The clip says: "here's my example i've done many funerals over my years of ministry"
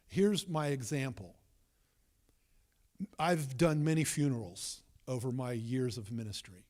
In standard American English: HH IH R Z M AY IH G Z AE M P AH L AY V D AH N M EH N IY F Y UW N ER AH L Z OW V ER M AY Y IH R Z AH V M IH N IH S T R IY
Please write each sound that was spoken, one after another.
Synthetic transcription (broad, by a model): HH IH R Z M AY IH G Z AE M P L AY V D AH N M EH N IY F Y UW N ER L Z OW V ER M AY Y IH R Z AH V M IH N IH S T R IY